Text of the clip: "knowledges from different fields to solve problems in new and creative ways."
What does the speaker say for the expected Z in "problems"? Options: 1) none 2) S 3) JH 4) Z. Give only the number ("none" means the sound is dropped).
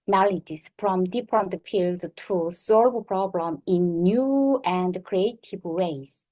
1